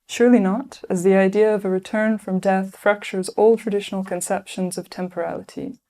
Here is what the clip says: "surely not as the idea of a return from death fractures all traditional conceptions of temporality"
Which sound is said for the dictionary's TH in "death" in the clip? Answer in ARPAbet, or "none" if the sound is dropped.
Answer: TH